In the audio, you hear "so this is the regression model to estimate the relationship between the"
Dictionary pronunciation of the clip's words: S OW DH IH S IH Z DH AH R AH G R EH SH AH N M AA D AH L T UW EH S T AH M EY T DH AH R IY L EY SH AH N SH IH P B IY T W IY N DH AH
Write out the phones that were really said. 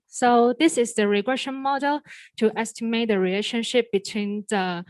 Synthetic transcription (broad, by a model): S OW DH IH S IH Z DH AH R AH G R EH SH AH N M AA D AH L T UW EH S T AH M EY T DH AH R IY L EY SH AH N SH IH P B IY T W IY N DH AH